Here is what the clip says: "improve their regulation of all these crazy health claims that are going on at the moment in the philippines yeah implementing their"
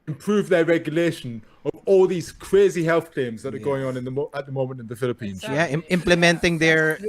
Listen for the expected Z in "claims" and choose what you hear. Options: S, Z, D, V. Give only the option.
Z